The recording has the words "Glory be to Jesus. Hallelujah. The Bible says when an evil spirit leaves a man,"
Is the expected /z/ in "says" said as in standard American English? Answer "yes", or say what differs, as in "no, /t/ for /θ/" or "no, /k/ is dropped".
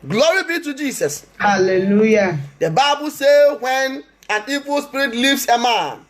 no, /z/ is dropped